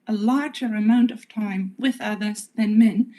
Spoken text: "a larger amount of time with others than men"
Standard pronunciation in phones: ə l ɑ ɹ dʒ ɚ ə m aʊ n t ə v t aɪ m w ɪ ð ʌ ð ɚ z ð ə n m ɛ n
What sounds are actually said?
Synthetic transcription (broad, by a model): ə l ɑ ɹ dʒ ɚ ə m aʊ n t ə v t aɪ m w ɪ ð ʌ ð ɚ z ð ə n m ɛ n